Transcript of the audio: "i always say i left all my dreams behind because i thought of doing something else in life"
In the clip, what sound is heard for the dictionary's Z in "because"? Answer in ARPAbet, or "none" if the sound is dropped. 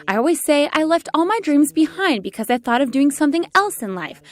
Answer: Z